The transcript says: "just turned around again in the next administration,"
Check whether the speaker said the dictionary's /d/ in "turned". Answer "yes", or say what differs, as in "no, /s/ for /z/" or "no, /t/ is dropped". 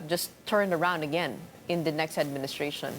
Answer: yes